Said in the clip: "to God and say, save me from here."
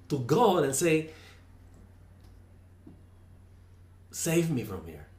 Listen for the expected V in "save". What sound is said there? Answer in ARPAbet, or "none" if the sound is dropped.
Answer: V